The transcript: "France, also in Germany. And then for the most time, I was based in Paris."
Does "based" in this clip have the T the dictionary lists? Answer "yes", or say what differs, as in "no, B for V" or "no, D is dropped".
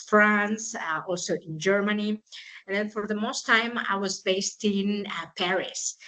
yes